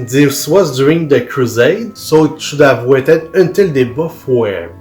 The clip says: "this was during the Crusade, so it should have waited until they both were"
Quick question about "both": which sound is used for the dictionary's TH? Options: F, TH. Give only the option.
F